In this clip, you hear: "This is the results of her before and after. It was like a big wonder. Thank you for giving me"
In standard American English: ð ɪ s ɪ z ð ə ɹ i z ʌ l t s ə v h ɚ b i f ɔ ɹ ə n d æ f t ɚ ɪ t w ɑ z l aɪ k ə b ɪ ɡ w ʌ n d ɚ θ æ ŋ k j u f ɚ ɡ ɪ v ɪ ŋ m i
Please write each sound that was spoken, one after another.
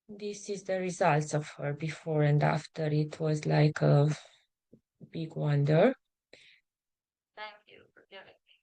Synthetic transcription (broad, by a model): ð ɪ s ɪ z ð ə ɹ i z ʌ l t s ə v h ɚ b i f ɔ ɹ ə n d æ f t ɚ ɪ t w ɑ z l aɪ k ə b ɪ ɡ w ʌ n d ɚ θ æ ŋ k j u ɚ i